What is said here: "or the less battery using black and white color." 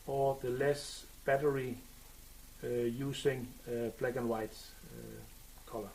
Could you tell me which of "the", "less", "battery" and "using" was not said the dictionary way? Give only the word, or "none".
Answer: using